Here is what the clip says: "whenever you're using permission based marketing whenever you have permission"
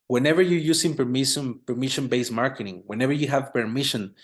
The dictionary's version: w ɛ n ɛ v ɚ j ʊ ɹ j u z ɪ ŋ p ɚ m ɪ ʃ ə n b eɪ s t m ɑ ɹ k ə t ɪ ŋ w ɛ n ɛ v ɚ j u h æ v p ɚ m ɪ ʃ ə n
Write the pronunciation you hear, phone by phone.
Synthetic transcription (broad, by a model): w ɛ n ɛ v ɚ j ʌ ɹ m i s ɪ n p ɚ m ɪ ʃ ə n b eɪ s m ɑ ɹ k ə t ɪ ŋ w ɛ n ɛ v ɚ j u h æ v p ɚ m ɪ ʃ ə n